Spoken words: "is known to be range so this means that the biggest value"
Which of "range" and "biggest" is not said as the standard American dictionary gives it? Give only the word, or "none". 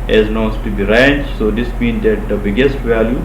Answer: range